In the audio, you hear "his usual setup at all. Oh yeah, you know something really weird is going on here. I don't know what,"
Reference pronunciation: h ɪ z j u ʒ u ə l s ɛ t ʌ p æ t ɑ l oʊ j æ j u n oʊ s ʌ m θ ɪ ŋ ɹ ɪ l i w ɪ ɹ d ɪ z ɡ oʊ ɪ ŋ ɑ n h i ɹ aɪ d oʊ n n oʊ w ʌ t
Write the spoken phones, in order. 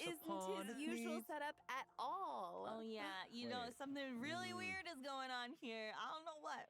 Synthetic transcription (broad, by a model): ɪ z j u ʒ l s ɛ t ʌ p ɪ t ɑ l oʊ j æ j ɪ n oʊ s ʌ m θ ɪ ŋ ɹ ɪ l i w ɪ ɹ d ɪ z ɡ oʊ ɪ ŋ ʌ n h i ɹ aɪ d oʊ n n oʊ w ʌ t